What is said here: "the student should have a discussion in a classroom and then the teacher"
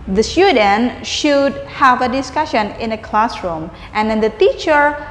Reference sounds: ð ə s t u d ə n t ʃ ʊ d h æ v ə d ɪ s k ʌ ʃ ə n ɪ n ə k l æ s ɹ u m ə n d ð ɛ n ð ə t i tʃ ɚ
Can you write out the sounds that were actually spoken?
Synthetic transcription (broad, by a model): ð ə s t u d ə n ʃ ʊ d h æ v ə d ɪ s k ʌ ʃ ə n ɪ n ə k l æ s ɹ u m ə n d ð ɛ n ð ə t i tʃ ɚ